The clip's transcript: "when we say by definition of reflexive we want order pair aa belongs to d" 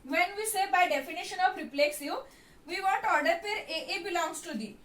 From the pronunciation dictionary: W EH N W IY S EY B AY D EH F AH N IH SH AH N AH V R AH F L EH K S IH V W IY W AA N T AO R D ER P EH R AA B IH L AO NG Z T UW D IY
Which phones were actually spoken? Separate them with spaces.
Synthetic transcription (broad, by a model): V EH N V IY S EY B AY D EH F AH N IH SH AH N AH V R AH P L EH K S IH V IY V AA N T AO R D ER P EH R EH B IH L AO NG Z T UW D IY